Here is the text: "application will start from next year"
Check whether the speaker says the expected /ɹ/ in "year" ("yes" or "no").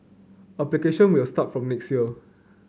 no